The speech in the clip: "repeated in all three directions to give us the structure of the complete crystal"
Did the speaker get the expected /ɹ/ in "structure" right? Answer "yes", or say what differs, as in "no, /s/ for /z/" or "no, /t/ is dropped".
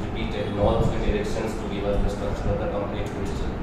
no, /ɹ/ is dropped